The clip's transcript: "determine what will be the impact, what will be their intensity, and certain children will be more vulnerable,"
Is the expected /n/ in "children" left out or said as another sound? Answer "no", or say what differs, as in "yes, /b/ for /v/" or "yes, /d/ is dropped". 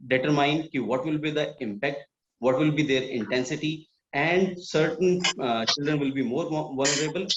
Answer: no